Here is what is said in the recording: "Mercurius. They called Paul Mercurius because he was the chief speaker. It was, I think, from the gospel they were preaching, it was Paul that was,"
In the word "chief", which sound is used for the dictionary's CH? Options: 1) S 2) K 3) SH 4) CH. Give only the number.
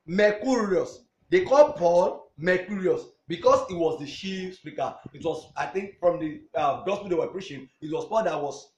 3